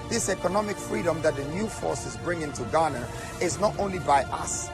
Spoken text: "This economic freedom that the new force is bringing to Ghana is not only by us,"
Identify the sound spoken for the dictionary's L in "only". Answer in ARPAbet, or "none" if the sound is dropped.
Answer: L